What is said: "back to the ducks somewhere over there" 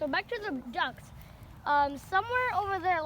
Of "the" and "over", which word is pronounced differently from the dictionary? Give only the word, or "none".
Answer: none